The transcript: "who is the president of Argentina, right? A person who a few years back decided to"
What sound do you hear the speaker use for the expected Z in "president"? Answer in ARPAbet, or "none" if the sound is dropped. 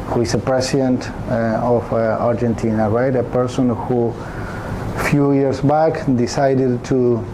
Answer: S